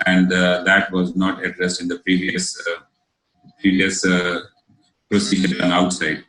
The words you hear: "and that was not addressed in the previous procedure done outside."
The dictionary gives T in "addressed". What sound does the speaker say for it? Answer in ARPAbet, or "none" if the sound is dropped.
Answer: T